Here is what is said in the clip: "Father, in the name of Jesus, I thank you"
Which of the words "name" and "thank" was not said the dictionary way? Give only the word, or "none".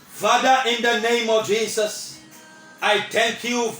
thank